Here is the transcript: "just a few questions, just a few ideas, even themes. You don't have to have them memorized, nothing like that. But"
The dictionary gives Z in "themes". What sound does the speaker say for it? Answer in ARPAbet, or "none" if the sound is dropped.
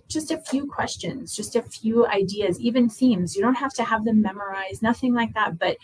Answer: Z